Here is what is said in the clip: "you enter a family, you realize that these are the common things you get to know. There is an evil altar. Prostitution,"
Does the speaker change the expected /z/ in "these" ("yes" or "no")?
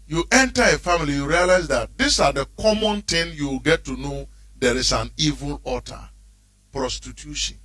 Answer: yes